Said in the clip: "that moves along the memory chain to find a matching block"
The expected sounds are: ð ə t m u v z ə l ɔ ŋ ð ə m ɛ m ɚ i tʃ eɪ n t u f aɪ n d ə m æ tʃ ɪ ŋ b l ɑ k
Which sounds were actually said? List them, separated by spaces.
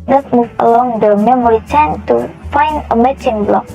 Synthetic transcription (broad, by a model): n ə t m u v ə l ɔ ŋ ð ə m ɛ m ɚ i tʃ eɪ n t u f aɪ n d ə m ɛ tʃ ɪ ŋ b l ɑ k